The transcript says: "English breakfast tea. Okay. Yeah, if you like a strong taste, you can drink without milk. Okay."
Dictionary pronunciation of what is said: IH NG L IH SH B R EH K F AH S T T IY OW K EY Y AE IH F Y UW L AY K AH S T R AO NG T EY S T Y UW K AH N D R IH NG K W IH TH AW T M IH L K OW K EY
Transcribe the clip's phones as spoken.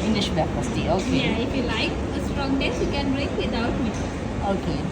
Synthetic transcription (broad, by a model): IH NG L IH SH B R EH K P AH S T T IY OW K EY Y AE IH F Y UW L AY K AH S T R AO NG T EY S Y UW K AH N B R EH K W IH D AW T M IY OW K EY